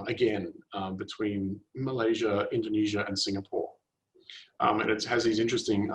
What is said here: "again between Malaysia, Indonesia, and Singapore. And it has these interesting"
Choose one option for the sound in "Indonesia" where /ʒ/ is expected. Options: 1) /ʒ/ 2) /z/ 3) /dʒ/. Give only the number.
1